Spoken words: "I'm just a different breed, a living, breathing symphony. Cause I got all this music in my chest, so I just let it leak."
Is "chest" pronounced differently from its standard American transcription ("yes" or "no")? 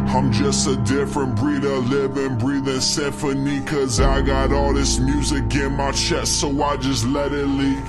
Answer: yes